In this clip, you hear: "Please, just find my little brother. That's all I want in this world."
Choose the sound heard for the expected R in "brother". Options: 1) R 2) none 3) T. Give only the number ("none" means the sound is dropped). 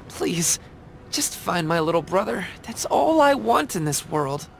1